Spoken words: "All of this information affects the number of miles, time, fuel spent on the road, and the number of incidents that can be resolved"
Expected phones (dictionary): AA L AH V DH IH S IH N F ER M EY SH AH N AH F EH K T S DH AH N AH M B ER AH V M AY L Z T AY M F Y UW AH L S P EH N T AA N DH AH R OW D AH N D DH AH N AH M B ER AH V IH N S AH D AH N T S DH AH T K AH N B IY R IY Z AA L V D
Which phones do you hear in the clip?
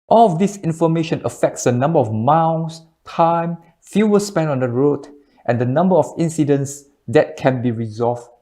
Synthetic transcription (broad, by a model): AA L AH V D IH S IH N F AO M EY SH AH N AH F EH K T S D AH N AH M B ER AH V M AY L S T AY M F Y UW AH S P EH N AA N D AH R OW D AH N D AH N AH M B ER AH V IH N S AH D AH N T S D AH T K AH N B IY R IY Z AA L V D